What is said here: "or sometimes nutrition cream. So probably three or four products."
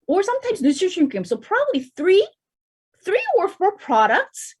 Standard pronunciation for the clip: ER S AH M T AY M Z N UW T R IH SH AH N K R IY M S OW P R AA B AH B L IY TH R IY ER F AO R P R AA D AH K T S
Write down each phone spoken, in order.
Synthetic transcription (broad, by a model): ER S AH M T AY M Z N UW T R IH AH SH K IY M S OW P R AA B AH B L IY TH R IY ER F AO R P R AA D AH K T S